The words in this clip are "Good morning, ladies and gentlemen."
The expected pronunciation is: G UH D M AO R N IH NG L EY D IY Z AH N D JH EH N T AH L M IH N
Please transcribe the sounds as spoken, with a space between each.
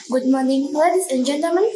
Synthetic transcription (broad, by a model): G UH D M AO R N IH NG W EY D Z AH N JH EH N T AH M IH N